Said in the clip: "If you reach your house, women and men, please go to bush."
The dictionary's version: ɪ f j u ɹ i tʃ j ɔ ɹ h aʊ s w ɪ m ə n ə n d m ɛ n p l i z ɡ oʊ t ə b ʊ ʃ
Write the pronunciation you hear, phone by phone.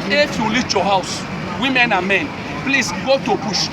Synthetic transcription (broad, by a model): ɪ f j u l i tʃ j ɔ h aʊ s w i m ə n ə n m ɛ n p l i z ɡ oʊ t ə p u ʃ